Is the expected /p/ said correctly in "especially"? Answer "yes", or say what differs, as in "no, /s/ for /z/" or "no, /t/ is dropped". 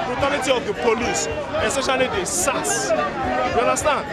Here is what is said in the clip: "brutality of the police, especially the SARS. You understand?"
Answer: no, /p/ is dropped